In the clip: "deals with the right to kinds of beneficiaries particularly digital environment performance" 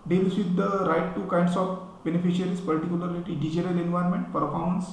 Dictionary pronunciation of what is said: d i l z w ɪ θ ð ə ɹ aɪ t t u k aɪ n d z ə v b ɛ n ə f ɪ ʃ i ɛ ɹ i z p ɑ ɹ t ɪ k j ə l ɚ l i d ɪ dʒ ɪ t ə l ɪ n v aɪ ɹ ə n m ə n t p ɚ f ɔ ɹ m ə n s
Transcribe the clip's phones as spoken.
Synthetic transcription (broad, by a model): d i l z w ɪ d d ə ɹ aɪ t t u k aɪ n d s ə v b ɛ n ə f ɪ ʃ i ɹ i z p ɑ ɹ t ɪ k j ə l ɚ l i d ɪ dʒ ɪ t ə l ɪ n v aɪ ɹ m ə n t p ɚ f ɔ ɹ m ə n s